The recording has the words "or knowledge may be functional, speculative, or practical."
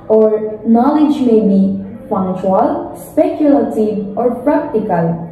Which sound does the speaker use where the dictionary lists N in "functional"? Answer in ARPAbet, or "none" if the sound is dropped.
none